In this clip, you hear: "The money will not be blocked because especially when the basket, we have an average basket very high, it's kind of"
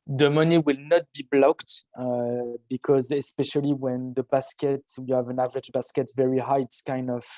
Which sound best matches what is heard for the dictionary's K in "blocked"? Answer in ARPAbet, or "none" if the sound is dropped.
K